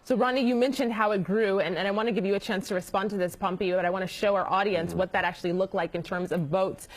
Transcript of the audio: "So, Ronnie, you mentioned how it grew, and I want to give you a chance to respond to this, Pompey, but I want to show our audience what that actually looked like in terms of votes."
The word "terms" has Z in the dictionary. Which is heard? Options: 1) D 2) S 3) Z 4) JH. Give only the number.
3